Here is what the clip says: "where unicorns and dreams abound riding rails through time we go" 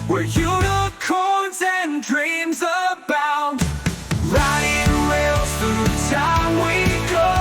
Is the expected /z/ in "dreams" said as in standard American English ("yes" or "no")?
yes